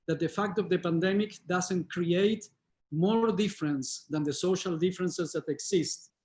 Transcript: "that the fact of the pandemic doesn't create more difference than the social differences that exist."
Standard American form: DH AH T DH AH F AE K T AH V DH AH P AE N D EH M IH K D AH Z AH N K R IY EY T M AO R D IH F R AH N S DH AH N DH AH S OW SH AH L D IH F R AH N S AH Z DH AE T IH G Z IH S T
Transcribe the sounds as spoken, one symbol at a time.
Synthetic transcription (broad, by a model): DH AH T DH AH F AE K T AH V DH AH P AE N D EH M IH K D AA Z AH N K R IY EY T M AO R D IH F R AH N S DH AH N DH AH S OW SH AH L D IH F R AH N S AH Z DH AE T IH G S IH S T